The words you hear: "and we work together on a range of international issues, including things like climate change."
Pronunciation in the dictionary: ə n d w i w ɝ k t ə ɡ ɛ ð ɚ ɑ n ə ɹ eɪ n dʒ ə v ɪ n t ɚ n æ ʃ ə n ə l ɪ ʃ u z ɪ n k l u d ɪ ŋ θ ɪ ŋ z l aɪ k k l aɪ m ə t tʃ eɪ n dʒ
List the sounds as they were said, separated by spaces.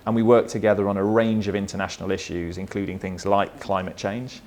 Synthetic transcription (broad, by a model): ə n w i w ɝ k t ə ɡ ɛ ð ɚ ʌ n ə ɹ eɪ n dʒ ə v ɪ n t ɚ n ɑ ʃ ə n ə l ɪ ʃ u z ɪ n k l u d ɪ ŋ θ ɪ ŋ z l aɪ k k l aɪ m ə t tʃ eɪ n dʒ